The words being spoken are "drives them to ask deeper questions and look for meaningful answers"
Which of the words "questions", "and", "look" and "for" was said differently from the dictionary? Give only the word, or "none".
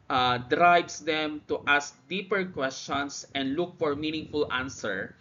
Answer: questions